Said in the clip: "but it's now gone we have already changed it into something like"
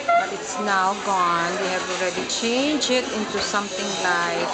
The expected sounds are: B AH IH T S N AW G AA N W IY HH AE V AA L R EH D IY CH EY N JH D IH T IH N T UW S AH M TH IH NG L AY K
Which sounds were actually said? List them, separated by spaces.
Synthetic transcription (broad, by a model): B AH IH T S N AW G AA N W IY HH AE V AA L R EH D IY CH EY N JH IH T IH N T UW S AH M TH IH NG L AY K